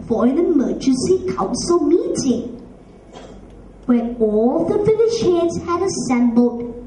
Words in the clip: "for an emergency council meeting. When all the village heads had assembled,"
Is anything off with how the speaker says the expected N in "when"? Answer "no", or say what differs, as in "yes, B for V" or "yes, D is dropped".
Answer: yes, N is dropped